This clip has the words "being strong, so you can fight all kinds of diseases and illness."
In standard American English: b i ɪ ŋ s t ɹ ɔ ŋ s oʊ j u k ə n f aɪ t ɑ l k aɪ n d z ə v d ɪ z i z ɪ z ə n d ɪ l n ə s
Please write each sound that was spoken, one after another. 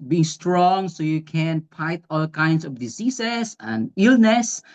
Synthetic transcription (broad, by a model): b i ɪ ŋ s t ɹ ɔ ŋ s oʊ j u k ə n p aɪ t ɑ l k aɪ n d s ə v d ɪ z i s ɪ s ə n d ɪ l n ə s